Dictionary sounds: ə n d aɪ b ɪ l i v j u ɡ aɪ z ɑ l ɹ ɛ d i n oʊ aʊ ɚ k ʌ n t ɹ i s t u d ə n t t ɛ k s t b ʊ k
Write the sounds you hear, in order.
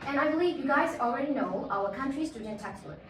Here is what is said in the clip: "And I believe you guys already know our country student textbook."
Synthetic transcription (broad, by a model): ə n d aɪ b ɪ l i v j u ɡ aɪ z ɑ l ɹ ɛ d i n oʊ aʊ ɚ k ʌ n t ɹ i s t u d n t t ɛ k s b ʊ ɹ